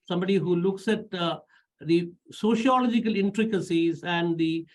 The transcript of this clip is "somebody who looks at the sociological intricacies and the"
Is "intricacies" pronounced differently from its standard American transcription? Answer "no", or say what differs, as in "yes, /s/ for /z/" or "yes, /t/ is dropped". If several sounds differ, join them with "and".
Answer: no